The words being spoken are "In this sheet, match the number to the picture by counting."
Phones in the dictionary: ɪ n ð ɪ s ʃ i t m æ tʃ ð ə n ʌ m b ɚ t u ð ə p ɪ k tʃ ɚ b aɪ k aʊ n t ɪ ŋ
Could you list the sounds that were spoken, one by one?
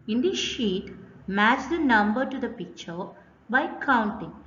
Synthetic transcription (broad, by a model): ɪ n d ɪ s ʃ i t m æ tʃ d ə n ʌ m b ɚ t u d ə p ɪ k tʃ ɚ b aɪ k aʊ n t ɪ ŋ